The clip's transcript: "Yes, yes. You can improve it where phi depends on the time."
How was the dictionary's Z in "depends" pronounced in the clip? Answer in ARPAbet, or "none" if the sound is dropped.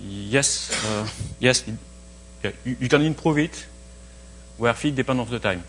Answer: none